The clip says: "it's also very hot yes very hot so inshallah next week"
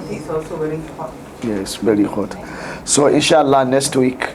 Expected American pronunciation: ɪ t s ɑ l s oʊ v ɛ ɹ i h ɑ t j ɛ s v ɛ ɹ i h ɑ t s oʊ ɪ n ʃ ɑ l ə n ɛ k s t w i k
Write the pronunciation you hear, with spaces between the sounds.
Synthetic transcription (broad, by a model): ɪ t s ɑ l s oʊ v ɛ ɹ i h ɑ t j ɛ s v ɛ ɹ i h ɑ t s oʊ ɪ n ʃ ɑ l ə n ɛ k s t w i k